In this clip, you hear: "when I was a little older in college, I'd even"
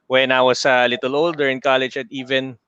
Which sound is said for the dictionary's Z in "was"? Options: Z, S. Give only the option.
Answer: S